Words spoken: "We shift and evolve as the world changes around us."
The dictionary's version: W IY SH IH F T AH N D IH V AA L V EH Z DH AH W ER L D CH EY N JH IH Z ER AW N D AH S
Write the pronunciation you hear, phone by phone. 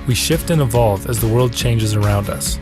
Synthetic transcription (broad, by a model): W IY SH IH F T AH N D IH V AA L V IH Z DH AH W ER L D CH EY N JH IH Z ER AW N D AH S